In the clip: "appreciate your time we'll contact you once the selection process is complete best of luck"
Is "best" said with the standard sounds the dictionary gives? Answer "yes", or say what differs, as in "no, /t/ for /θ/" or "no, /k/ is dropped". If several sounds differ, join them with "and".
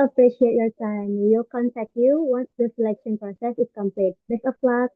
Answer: no, /t/ is dropped